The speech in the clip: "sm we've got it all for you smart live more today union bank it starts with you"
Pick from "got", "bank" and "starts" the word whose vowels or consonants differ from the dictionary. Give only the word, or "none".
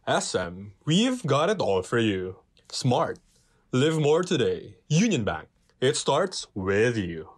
none